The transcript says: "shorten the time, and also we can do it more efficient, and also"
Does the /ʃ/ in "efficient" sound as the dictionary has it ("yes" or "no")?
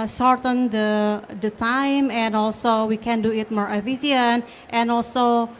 no